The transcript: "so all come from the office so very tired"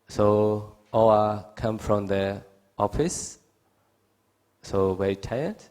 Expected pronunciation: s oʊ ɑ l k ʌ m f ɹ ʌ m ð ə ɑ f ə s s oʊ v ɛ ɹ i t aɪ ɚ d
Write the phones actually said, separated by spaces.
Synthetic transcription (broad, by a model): s oʊ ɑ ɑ k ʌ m f ɹ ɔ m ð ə ɑ f ə s s oʊ w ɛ i t aɪ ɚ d